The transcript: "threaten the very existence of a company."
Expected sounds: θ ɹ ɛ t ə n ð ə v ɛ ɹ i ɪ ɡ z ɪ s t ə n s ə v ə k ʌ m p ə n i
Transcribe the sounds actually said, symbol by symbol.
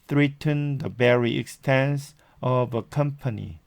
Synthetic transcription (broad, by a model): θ ɹ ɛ t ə n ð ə b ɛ ɹ i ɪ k s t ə n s ə v ə k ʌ m p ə n i